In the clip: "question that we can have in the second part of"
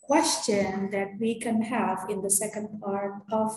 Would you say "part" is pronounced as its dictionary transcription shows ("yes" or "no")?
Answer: yes